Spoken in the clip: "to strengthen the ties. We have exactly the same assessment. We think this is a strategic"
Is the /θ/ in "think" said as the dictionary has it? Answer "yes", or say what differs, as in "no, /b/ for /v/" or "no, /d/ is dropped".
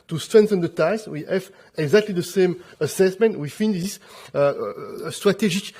no, /f/ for /θ/